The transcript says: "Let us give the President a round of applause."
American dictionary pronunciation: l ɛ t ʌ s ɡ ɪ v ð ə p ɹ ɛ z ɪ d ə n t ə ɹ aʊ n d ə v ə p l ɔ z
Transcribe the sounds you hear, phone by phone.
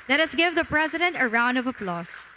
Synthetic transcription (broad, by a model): l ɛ t ʌ s ɡ ɪ v ð ə p ɹ ɛ z ɪ d ə n t ə ɹ aʊ n d ə v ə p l ɔ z